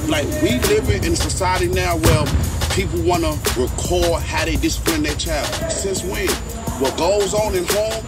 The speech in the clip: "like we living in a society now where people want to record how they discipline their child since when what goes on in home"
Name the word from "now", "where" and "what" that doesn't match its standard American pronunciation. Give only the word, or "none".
where